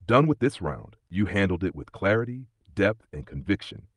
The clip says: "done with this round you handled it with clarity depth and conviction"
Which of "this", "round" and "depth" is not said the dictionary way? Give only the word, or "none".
none